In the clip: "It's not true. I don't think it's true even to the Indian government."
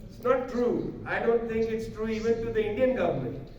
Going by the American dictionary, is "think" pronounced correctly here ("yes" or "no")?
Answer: no